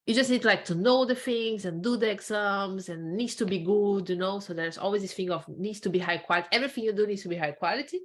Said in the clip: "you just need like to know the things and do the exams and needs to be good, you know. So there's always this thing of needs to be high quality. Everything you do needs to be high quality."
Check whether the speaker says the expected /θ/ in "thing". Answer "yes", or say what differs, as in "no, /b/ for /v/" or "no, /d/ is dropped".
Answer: no, /f/ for /θ/